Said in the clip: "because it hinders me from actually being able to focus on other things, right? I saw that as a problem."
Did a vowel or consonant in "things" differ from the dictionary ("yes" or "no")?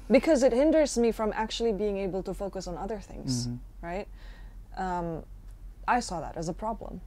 no